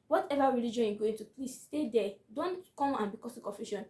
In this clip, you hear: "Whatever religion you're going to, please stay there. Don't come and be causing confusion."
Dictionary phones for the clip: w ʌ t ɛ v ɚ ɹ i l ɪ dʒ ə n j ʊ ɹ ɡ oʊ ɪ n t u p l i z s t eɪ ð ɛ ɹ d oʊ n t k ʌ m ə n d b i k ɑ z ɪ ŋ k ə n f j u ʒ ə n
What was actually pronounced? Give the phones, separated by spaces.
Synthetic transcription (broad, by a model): w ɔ t ɛ v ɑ ɹ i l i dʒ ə n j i ɡ oʊ ɪ n t u p l i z s t eɪ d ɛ d oʊ n t k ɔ m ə n b i k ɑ s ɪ k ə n f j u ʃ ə n